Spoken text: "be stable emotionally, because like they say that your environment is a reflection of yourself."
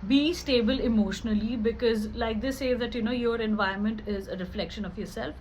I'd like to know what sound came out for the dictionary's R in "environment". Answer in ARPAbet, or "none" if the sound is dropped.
none